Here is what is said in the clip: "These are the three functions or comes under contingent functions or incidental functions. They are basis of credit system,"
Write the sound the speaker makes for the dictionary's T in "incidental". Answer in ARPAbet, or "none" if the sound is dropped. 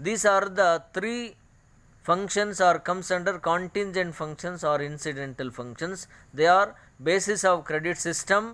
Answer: T